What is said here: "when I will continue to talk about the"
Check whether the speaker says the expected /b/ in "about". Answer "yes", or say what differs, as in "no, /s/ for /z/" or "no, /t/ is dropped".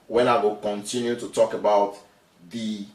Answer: yes